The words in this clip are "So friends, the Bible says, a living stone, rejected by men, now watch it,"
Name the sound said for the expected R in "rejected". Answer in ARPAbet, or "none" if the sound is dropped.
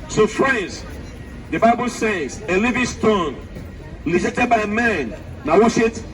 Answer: L